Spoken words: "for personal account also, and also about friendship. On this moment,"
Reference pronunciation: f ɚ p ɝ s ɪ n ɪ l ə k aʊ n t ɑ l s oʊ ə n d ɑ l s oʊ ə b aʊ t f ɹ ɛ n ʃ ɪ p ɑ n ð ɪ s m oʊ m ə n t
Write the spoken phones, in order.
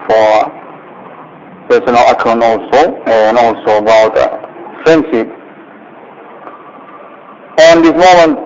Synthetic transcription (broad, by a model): f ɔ p ɝ s ɪ n ɪ l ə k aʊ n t ɑ l s oʊ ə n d ɑ l s oʊ ə b aʊ t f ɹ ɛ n s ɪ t ɑ n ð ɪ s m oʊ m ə n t